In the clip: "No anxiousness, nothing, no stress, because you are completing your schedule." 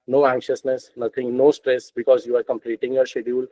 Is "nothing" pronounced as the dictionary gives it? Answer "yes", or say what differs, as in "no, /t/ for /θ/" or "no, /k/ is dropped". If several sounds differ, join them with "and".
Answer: no, /t/ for /θ/